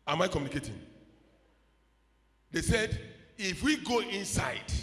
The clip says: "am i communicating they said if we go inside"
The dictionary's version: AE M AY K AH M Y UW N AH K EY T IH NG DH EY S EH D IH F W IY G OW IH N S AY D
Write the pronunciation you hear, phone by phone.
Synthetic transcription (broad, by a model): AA M AY K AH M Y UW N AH K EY T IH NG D EY S EH D IH F W IY G OW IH N S AY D